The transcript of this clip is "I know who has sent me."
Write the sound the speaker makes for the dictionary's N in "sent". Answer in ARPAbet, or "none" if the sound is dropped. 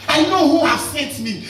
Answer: none